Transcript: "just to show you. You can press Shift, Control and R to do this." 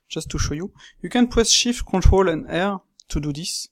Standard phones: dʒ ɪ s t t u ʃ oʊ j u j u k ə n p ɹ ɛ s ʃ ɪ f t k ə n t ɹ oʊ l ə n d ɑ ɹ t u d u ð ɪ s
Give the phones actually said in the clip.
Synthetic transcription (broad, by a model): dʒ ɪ s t t u ʃ oʊ j u j u k ə n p w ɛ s ʃ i f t k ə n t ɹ oʊ l ə n d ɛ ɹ t u d u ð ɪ s